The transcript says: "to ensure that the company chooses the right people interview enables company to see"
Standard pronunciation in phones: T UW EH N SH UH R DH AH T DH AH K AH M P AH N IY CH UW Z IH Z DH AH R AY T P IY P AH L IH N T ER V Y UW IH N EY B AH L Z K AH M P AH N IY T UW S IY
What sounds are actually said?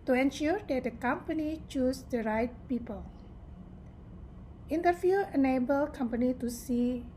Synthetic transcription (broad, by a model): T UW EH N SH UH R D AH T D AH K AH M P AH N IY CH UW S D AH R AY T P IY P AH L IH N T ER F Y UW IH N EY B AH L K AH M P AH N IY T UW S IY